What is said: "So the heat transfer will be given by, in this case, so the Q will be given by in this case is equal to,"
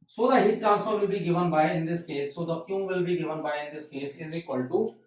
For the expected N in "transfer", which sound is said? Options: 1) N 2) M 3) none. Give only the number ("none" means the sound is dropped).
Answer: 3